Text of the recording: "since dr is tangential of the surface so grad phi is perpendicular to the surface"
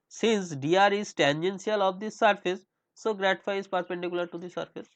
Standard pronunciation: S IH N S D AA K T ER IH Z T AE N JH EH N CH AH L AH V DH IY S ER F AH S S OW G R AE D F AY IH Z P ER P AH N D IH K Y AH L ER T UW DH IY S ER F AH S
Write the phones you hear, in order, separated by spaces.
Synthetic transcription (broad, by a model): S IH N S D AA T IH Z T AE N JH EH N S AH L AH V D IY S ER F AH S S OW G R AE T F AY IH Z P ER P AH N D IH K Y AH L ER T UW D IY S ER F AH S